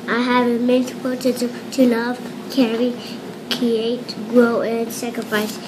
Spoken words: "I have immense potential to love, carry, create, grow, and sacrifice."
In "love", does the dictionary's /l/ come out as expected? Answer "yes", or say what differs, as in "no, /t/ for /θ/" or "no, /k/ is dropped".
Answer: no, /n/ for /l/